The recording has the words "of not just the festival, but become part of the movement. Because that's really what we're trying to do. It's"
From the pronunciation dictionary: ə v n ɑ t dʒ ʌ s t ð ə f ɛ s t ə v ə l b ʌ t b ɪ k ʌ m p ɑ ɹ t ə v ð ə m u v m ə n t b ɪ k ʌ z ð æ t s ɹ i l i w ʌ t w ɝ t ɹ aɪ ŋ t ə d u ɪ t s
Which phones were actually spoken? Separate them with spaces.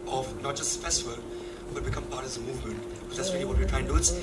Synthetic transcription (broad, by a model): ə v n ɑ t dʒ ʌ s t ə f ɛ s t ə v ə l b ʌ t b ɪ k ʌ m p ɑ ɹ t ə v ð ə m u v m ə n t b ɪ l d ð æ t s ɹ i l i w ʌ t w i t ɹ aɪ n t d u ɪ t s